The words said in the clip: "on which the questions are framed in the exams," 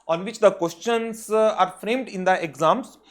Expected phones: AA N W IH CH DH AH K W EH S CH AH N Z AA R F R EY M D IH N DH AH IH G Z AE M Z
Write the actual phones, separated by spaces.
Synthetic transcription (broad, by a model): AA N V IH CH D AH K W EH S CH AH N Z AA R F R EY M D IH N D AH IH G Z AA M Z